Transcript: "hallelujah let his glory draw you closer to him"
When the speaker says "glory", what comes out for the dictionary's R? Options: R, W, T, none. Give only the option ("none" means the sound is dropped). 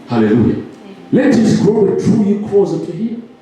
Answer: none